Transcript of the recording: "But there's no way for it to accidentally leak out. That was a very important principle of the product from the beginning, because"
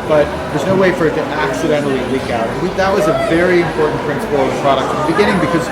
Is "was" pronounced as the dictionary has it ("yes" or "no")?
yes